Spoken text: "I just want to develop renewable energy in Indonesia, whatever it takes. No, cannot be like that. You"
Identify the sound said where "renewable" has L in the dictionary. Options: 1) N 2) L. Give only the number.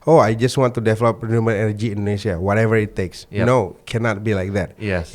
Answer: 1